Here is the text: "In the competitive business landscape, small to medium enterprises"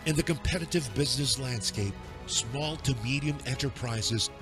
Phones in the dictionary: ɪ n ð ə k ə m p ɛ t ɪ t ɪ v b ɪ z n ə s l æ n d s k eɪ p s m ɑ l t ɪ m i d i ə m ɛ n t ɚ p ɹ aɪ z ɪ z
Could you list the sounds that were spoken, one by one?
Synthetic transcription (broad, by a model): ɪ n ð ə k ə m p ɛ t ɪ t ɪ v b ɪ z n ə s l æ n d s k eɪ p s m ɑ l t ɪ m i d i ə m ɛ n t ɚ p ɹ aɪ z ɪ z